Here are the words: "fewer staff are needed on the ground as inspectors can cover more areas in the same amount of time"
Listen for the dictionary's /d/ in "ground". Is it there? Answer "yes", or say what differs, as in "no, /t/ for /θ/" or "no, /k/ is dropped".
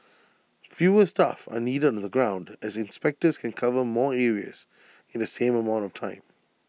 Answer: yes